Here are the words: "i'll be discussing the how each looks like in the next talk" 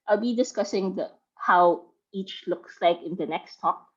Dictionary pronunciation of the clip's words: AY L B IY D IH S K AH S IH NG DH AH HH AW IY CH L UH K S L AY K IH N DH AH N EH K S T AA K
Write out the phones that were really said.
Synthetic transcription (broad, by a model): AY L B IY D IH S K AH S IH NG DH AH HH AW IY CH L UH K S L AY K IH N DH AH N EH K S T AA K